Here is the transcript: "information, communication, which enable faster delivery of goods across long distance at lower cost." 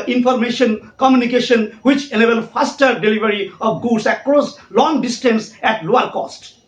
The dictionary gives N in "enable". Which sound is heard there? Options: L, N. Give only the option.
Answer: L